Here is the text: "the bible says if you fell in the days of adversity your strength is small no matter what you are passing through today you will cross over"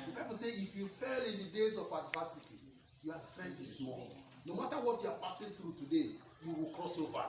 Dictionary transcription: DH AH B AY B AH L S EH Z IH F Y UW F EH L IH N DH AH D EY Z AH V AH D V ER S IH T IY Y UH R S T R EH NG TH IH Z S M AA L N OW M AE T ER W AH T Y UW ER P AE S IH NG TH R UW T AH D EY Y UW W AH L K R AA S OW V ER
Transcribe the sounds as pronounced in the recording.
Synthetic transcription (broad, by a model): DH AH B AY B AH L S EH IH F Y UW F EH L IH N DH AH D EY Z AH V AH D V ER S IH T IY Y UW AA S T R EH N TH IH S M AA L N OW M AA T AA W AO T Y UW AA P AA S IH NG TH R UW T AH D EY Y UW W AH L K R AA S OW V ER